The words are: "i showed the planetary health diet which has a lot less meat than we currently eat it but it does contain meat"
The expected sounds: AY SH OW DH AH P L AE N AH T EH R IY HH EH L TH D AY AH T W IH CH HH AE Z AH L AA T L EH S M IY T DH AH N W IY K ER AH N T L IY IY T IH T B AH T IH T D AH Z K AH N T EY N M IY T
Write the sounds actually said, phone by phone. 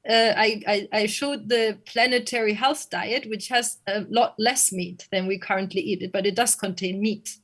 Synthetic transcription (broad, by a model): AY SH OW DH AH P L AE N AH T EH R IY HH EH L TH D AY AH T W IH CH HH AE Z AH L AA T L EH S M IY T DH AH N W IY K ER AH N T L IY IY T IH T B AH T IH T D AH Z K AH N T EY N M IY T